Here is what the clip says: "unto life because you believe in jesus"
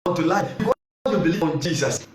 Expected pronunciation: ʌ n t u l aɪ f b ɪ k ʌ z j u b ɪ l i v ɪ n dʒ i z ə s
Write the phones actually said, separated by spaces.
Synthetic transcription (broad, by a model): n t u l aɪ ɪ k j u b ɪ l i ɪ n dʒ i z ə s